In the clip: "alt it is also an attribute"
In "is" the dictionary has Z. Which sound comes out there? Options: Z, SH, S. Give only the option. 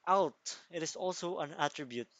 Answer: S